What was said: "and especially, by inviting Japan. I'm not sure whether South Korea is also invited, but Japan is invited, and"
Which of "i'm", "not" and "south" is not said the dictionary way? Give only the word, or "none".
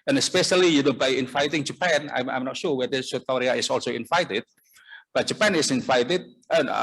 south